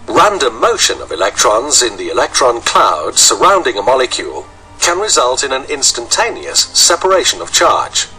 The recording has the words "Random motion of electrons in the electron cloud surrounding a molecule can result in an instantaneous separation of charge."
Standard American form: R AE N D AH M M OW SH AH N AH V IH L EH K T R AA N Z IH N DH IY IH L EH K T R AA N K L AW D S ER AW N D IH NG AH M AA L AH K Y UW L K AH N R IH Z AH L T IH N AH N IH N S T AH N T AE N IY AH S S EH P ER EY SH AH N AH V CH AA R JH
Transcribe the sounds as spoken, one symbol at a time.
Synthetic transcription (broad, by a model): R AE N D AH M M OW SH AH N AH V IH L EH K T R AA N Z IH N DH IY IH L EH K T R AA N K L AW D S ER AW N D IH NG AH M AA L AH K Y UW L K AH N R IH Z AH L T IH N AH N IH N S T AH N T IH N IY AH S S EH P ER EY SH AH N AH V CH AA R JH